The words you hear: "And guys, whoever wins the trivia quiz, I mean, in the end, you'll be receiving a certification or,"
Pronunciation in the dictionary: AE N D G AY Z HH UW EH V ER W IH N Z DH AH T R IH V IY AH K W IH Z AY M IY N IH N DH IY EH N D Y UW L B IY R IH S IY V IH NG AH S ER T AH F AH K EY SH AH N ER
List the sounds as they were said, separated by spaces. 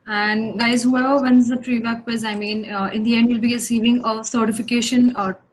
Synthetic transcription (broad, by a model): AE N D G AY Z HH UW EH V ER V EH N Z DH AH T R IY B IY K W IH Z AY M IY N IH N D IY EH N D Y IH L B IY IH S IY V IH NG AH S ER T AH F AH K EY SH AH N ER